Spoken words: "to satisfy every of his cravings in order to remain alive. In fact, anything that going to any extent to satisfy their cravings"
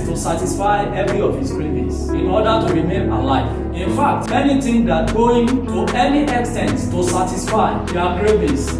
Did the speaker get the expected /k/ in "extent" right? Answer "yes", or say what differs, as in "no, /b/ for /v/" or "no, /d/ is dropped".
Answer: yes